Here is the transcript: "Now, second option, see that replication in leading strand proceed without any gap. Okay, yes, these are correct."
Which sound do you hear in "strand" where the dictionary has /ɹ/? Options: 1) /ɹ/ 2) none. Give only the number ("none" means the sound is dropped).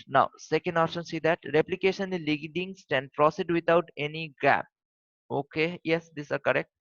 2